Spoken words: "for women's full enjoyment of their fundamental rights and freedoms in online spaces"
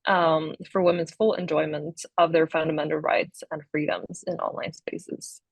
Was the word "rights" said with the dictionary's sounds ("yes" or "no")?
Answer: yes